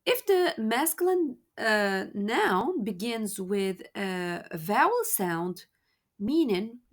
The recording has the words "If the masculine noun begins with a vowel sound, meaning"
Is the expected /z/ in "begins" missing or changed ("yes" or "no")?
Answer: no